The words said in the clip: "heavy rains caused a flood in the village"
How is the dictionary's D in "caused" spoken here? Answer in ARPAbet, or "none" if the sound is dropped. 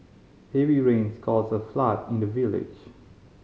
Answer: none